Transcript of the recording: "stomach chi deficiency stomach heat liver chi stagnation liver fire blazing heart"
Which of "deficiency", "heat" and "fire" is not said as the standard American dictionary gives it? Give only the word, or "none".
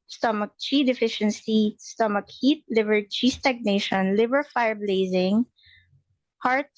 none